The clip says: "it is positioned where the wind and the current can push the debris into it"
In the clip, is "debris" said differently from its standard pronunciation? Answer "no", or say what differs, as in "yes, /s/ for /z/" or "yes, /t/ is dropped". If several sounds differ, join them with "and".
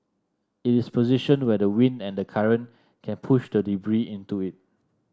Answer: no